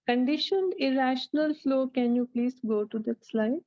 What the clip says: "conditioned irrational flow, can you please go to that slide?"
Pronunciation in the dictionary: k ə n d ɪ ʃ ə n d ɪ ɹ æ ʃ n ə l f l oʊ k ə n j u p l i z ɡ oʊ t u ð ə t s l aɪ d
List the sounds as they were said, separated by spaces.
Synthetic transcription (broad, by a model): k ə n d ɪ ʃ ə n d ɪ ɹ æ ʃ n ə l f l oʊ k ə n j u p l i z ɡ oʊ t u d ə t s l aɪ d